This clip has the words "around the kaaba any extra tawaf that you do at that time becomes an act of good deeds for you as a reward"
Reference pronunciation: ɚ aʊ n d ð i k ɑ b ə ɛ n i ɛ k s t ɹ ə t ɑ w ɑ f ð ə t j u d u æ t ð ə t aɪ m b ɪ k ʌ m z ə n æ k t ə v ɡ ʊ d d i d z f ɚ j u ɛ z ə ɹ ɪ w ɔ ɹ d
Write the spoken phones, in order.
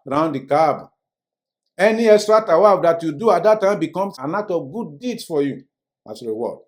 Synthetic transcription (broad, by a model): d aʊ n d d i k ɑ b ɛ n i ɛ k s t ɹ ə t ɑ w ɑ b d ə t j u d u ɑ t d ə t aɪ m b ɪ k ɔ m s ə n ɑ t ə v ɡ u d d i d s f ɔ j u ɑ s ə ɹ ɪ w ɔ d